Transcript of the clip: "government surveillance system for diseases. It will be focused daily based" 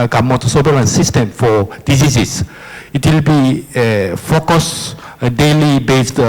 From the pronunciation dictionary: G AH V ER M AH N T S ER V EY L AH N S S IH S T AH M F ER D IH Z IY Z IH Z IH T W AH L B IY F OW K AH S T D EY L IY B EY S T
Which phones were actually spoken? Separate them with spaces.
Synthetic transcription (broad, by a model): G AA M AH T S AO B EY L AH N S S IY S T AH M F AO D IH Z IY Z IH S IH T W AH L B IY F OW K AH S D EY L IY B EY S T